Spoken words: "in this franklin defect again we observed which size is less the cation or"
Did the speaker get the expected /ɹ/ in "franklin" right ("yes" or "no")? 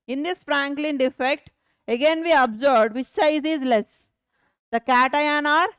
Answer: yes